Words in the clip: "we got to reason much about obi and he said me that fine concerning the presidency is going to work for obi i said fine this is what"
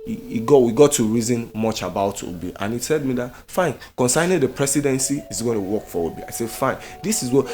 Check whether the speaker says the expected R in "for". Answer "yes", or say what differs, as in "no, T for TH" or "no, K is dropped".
no, W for R